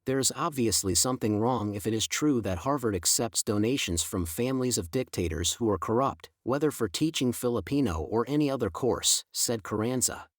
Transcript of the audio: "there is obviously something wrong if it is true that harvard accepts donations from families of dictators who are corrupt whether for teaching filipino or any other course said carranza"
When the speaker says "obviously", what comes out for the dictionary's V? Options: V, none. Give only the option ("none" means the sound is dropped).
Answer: V